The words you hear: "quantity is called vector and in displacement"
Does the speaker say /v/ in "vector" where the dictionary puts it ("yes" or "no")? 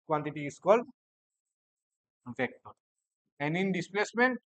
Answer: no